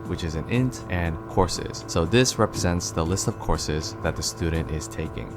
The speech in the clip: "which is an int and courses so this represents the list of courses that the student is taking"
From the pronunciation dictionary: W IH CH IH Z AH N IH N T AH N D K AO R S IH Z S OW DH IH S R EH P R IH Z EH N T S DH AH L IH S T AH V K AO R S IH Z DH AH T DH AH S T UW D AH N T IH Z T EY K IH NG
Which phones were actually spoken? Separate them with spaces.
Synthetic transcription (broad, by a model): W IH CH IH Z AH N IH N T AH N K AO R S IH Z S OW DH IH S R EH P R IH Z EH N T S DH AH L IH S T AH V K AO R S IH Z DH AH T DH AH S T UW D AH N T IH Z T EY K IH NG